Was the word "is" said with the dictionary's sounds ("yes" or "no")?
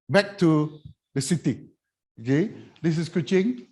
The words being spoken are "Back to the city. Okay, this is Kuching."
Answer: no